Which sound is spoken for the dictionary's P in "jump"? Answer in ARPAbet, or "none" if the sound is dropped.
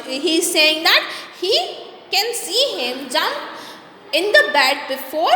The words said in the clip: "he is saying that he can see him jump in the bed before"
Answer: none